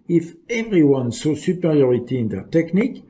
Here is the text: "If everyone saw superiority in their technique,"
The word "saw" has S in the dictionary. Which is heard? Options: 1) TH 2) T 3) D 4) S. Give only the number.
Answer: 4